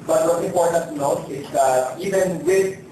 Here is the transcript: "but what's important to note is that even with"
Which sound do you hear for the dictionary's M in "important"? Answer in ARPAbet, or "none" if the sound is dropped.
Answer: none